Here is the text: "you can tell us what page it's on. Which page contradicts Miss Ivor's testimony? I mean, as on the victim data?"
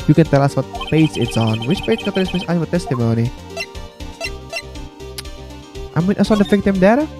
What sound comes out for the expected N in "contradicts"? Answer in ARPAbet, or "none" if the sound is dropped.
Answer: none